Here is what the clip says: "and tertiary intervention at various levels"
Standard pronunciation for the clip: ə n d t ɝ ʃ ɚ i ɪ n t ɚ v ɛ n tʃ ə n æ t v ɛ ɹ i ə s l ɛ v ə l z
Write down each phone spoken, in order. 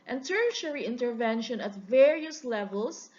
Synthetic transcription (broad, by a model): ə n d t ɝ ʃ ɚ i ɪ n t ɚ v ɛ n ʃ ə n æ t v ɛ ɹ i ə s l ɛ v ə l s